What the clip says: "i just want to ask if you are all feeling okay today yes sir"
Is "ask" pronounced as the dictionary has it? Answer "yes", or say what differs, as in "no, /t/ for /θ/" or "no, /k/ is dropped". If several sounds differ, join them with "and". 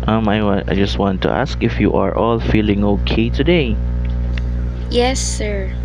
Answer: yes